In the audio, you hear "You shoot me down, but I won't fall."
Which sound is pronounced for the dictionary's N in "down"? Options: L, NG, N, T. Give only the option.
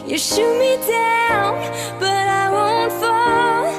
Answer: L